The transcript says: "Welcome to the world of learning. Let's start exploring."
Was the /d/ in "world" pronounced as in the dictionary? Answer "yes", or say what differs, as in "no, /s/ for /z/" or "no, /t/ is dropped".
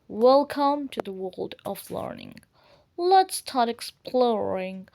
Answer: yes